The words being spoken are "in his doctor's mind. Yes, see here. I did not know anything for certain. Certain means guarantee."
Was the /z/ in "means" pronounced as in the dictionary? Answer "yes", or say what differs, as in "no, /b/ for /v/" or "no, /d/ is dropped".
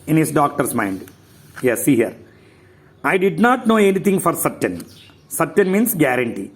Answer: no, /s/ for /z/